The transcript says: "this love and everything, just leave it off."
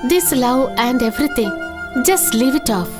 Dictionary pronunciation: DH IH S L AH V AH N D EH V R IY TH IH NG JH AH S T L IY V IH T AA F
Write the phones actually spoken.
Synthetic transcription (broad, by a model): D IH S L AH W AH N D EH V R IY T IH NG JH AH S T L IY V IH T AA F